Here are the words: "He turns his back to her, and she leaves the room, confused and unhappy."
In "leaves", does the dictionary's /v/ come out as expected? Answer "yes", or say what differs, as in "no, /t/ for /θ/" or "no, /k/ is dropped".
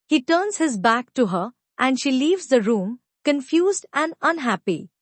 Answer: yes